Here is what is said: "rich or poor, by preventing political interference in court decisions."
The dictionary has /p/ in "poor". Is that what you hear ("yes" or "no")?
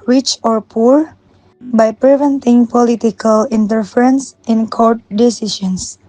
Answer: yes